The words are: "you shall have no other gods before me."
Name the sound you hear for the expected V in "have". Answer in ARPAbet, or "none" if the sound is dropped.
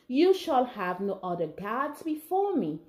V